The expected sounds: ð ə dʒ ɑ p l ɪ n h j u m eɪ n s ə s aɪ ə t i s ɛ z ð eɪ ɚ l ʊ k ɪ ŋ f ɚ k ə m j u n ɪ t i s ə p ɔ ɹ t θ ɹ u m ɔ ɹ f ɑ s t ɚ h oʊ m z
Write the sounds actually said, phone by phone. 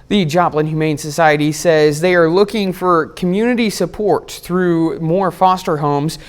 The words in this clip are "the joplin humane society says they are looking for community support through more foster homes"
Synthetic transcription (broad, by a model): ð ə dʒ ɑ p l ɪ n h j u m eɪ n s ə s aɪ ə t i s ɛ z ð eɪ ɚ l ʊ k ɪ ŋ f ɚ k ə m j u n ɪ t i s ə p ɔ ɹ t θ ɹ u m ɔ ɹ f ɑ s t ɚ h oʊ m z